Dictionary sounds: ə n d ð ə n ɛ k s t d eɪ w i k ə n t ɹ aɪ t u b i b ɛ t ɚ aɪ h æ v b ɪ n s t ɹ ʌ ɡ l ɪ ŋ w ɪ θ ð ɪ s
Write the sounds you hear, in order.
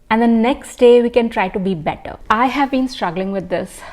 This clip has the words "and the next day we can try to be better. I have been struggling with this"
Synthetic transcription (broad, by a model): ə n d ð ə n ɛ k s t d eɪ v i k ə n t ɹ aɪ t u b i b ɛ t ɚ aɪ h æ v b ɪ n s t ɹ ʌ ɡ l ɪ ŋ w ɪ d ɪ s